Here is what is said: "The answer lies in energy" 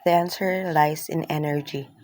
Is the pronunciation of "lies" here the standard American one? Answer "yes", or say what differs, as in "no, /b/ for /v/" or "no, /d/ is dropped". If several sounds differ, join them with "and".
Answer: no, /s/ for /z/